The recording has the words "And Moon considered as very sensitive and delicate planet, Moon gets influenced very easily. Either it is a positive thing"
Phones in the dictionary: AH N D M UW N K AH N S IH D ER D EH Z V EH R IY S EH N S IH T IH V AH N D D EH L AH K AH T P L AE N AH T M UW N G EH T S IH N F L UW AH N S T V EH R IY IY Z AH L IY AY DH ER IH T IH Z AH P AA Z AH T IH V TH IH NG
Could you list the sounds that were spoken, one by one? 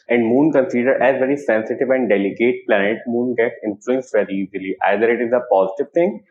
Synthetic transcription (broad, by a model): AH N D M UW N K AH N S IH D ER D EH Z V EH R IY S EH N S IH T IH V AH N D D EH L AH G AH T P L AE N AH T M UW N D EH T IH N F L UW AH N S V EH R IY IY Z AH L IY AY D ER IH T IH Z AH P AA Z AH T IH V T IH NG